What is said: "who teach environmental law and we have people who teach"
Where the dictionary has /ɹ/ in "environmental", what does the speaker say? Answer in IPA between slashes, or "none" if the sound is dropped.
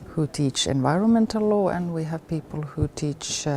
/ɹ/